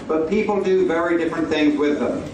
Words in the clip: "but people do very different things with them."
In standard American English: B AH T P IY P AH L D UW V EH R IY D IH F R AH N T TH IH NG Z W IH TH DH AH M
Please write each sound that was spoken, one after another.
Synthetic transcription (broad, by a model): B AH T P IY P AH L D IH V EH R IY D IH F R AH N TH IH NG Z W IH DH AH M